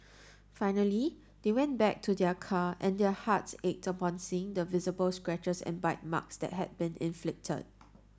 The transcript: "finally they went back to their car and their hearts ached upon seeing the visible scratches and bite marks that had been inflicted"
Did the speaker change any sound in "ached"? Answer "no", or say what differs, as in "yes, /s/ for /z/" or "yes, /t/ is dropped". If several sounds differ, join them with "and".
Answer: no